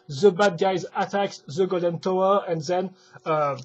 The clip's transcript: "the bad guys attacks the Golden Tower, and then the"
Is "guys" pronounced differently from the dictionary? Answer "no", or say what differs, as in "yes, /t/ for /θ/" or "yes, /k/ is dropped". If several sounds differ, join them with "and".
no